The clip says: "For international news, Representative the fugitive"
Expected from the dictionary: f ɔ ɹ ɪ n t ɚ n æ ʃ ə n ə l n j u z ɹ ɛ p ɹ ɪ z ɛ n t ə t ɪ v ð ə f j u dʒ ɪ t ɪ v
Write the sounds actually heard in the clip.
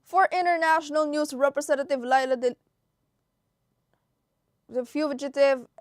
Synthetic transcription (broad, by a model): f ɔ ɹ ɪ n t ɚ n æ ʃ ə n ə l n j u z ɹ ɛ p ɹ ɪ s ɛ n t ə t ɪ v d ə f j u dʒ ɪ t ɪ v